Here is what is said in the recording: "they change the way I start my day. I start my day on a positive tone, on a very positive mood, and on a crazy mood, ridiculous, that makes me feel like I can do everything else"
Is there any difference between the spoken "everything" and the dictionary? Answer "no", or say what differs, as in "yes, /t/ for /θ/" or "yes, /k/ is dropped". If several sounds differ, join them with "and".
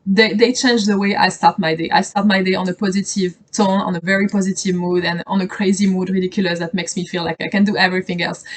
no